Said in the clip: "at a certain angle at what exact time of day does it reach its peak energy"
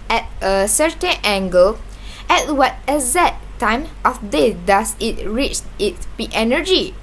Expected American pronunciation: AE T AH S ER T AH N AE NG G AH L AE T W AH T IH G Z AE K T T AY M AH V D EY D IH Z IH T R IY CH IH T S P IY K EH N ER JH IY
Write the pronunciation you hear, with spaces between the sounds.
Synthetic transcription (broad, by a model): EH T AH S ER T AH N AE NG G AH L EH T W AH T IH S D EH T T AY M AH F D EY D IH S IH T R IY CH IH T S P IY EH N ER JH IY